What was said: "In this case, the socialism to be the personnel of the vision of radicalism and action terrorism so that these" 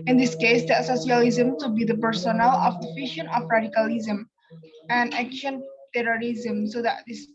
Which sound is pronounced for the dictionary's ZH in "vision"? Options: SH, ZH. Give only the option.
SH